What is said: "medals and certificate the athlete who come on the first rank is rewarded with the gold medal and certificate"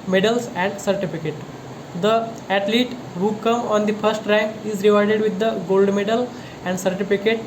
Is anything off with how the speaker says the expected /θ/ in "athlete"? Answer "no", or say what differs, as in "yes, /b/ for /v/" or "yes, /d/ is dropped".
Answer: yes, /t/ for /θ/